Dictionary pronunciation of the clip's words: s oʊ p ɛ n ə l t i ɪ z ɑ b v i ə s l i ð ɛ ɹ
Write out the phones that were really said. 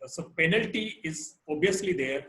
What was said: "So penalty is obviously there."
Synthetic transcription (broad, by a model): s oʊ p ɛ n ə l t i ɪ z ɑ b i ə s l i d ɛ ɹ